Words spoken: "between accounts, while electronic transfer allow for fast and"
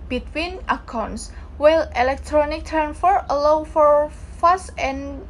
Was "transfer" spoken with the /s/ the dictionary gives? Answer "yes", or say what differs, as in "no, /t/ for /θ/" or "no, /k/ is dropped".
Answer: no, /s/ is dropped